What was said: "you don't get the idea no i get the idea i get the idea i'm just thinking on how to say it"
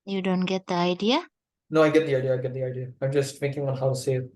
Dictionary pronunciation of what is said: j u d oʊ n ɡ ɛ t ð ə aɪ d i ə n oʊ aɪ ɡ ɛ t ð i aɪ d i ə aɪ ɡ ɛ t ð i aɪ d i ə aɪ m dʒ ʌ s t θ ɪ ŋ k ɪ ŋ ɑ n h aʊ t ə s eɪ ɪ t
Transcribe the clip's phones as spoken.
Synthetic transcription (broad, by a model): j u d oʊ n ɡ ɛ t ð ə aɪ d i ə n oʊ aɪ ɡ ɛ t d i aɪ d i ə aɪ ɡ ɛ t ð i aɪ d i ə aɪ m dʒ ʌ s t f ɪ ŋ k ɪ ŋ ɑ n h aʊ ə s eɪ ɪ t